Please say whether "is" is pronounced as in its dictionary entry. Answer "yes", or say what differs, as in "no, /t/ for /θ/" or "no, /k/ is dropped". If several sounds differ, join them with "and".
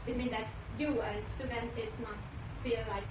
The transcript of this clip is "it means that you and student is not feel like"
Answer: no, /s/ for /z/